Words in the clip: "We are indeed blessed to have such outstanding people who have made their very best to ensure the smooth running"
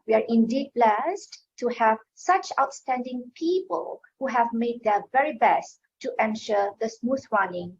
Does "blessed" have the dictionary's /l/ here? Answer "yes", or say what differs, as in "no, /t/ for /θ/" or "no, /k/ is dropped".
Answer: yes